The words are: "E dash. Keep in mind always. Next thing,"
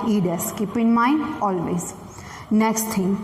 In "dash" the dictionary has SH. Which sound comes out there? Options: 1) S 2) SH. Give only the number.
1